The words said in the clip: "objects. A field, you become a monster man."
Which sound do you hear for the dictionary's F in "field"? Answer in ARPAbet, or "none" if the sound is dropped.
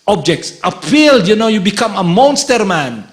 P